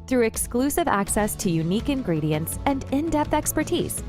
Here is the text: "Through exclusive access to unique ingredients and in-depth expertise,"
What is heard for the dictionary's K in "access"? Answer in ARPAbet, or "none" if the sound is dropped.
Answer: K